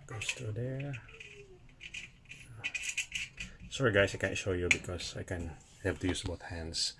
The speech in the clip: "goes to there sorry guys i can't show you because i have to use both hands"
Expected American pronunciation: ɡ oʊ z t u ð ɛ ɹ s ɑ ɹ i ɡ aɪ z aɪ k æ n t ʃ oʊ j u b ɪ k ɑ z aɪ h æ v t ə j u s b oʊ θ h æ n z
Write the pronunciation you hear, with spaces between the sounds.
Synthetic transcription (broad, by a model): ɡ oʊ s t u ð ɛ ɹ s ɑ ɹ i ɡ aɪ s aɪ k æ n t ʃ oʊ j u b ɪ k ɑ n aɪ h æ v t ə j u s b oʊ θ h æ n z